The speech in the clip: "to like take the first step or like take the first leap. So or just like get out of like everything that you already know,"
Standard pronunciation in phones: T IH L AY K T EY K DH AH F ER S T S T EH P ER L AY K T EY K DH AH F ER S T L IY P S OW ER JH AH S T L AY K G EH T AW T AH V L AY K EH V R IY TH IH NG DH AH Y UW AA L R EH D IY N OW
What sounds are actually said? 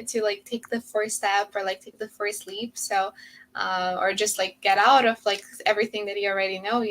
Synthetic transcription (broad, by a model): T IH L AY K T EY K DH AH F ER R S T EH P ER L AY K T EY K DH AH F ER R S L IY P S OW ER JH AH S T L AY K G EH T AW T AH V L AY K EH V R IY TH IH NG DH AH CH AA L R EH D IY N OW